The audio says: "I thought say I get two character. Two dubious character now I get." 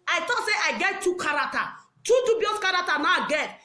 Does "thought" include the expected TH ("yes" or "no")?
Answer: no